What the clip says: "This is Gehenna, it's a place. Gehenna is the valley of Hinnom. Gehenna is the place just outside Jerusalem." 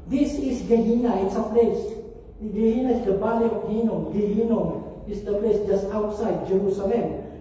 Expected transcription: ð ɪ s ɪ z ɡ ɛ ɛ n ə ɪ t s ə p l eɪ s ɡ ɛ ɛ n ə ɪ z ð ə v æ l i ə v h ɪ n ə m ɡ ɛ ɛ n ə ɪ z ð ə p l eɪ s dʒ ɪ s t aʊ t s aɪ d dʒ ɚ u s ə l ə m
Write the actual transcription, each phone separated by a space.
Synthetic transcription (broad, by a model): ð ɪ s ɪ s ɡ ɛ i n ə ɪ t s ə p l eɪ s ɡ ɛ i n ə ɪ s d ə b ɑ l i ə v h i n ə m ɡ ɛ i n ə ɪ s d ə p l eɪ s dʒ ɪ s t aʊ t s aɪ d dʒ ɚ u s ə l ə m